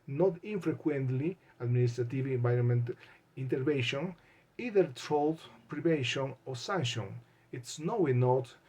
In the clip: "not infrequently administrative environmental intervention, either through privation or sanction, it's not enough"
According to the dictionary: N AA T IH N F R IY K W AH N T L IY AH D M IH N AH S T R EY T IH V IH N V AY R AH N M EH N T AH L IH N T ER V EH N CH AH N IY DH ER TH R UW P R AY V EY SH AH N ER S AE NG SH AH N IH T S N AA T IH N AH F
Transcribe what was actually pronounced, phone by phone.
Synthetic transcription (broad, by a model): N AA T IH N F R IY K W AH N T L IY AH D M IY N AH S T R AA T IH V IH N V AY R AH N M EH N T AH N T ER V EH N SH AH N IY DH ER T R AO P R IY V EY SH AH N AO S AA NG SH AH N IH T S N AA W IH N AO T